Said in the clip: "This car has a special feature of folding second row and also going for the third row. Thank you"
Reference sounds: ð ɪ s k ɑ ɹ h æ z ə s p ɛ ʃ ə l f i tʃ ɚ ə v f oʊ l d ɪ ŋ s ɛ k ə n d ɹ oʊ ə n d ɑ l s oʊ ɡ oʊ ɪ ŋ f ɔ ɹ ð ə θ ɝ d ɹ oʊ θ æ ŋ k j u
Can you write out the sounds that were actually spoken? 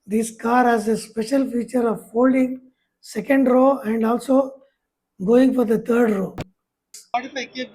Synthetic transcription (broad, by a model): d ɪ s k ɑ ɹ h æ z ə s p ɛ ʃ ə l f i tʃ ɚ ə v f oʊ l d ɪ ŋ s ɛ k ə n d ɹ oʊ ə n d ɑ l s oʊ ɡ oʊ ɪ ŋ f ɔ ɹ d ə t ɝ d ɹ oʊ